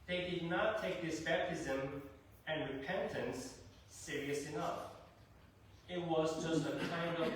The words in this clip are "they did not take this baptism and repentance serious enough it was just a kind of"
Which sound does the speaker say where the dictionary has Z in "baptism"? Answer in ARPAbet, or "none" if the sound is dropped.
Z